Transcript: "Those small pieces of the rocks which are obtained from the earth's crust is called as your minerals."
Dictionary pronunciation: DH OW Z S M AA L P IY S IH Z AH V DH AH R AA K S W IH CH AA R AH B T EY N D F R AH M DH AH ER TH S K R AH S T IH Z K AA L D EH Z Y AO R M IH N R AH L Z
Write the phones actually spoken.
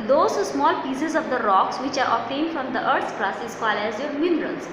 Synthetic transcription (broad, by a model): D OW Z S M AA L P IY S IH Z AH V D AH R AA K S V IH CH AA R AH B T EY N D F R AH M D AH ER T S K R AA S IH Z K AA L EH Z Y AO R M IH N R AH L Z